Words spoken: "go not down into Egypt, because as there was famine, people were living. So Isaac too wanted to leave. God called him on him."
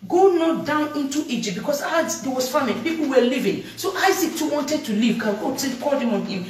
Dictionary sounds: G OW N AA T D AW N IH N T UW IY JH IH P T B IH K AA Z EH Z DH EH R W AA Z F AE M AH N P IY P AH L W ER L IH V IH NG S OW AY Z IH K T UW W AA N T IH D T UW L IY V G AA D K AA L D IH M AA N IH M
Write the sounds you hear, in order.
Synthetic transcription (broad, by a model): G OW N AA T D AW N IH N T UW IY JH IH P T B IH K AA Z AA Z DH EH W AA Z F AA M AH L P IY P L W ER L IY V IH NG S OW AY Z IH K T UW W AA N T IH D T UW L IY V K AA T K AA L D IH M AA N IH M